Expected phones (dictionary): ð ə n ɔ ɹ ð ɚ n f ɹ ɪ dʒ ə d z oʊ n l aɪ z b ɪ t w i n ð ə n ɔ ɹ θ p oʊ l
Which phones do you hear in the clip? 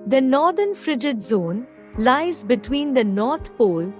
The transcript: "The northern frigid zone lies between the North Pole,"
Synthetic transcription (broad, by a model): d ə n ɔ ɹ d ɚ n f ɹ ɪ dʒ ə d z oʊ n l aɪ z b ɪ t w i n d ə n ɔ ɹ t p oʊ l